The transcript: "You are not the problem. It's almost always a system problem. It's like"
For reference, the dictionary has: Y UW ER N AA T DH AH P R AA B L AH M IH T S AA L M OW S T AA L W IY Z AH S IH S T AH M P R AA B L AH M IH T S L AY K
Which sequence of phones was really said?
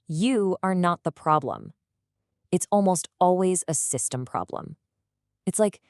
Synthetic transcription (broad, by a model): Y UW ER N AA T DH AH P R AA B L AH M IH T S AA L M OW S T AA L W IY Z AH S IH S T AH M P R AA B L AH M IH T S L AY K